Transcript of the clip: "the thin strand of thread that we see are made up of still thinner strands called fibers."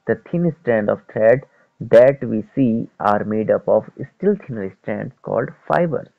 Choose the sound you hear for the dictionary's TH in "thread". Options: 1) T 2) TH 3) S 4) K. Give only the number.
1